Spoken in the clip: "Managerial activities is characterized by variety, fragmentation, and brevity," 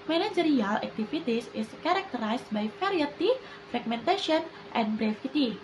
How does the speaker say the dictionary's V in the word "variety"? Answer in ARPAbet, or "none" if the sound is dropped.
F